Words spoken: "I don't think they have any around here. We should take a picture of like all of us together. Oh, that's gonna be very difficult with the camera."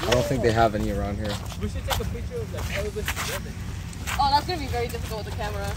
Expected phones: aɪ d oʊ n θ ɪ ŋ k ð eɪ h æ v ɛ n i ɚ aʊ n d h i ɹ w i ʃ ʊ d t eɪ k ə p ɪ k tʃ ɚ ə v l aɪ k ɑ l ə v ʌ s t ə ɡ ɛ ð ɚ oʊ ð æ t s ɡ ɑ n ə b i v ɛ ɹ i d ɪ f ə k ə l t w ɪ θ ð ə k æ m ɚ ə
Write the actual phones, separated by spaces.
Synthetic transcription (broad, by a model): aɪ d oʊ n θ ɪ ŋ k ð eɪ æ v ɛ n i ɚ aʊ n d h i ɹ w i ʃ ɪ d t eɪ k ə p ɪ tʃ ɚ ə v l aɪ k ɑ w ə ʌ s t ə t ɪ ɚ oʊ ð æ t s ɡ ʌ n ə b i v ɛ ɹ i d ɪ f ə k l t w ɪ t ð ə k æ m ɚ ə